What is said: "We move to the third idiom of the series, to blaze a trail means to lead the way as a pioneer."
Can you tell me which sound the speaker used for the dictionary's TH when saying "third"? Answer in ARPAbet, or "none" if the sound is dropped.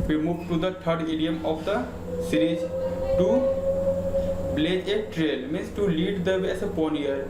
T